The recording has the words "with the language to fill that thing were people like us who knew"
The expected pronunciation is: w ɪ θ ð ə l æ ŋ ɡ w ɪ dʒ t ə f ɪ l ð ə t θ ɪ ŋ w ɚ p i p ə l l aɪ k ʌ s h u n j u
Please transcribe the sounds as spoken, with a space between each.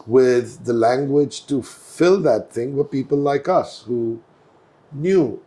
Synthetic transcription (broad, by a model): w ɪ ð ə l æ ŋ ɡ w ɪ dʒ t ə f ɪ l ð ə t θ ɪ ŋ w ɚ p i p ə l l aɪ k ʌ s h u n j u